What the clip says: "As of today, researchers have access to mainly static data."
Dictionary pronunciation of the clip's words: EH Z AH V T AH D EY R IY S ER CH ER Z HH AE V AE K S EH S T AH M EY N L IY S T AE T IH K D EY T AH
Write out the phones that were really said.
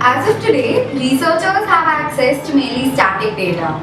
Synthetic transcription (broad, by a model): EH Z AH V T AH D EY R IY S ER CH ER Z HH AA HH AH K S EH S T M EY L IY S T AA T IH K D EY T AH